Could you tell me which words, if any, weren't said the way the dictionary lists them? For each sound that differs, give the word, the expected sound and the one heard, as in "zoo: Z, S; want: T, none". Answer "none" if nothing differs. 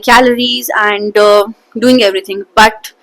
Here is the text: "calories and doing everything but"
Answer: everything: TH, T